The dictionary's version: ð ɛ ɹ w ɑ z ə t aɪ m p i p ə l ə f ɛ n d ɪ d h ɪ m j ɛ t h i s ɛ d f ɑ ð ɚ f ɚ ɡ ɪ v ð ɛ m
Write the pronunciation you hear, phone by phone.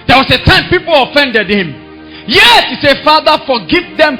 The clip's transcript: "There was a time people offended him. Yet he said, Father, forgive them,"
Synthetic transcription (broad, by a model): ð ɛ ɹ w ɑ s ə t aɪ m p i p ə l ə f ɛ n d ɪ d h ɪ m j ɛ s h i s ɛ f ɑ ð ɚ f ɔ ɡ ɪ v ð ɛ m